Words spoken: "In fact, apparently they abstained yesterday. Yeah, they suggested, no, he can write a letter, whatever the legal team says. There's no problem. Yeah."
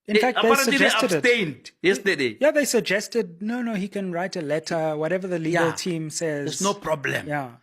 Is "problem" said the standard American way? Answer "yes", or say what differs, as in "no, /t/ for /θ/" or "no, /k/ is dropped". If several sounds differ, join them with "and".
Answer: yes